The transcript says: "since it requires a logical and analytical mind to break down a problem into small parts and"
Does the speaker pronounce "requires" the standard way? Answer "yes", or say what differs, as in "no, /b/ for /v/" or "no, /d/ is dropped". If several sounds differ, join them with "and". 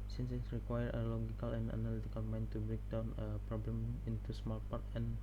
no, /z/ is dropped